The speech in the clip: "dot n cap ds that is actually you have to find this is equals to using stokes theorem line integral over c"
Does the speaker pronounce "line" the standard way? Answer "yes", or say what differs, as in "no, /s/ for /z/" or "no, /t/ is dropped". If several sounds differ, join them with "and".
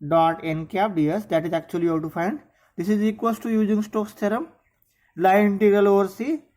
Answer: no, /n/ is dropped